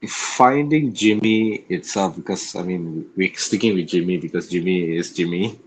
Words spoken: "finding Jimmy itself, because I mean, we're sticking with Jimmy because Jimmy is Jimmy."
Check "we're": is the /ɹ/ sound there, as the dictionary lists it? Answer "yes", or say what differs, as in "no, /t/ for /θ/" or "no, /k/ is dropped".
no, /w/ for /ɹ/